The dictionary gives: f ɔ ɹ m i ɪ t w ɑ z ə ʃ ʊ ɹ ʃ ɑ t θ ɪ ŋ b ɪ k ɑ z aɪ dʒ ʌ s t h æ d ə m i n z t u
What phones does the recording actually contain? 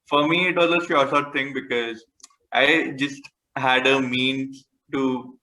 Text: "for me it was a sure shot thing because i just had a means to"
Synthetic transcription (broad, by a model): f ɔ ɹ m i ɪ t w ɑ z ə s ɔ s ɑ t t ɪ ŋ b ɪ k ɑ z aɪ dʒ ʌ s t h æ d ə m i n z t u